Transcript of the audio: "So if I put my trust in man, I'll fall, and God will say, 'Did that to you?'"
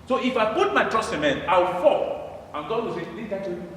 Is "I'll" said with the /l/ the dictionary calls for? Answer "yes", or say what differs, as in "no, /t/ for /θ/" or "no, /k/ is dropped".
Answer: no, /w/ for /l/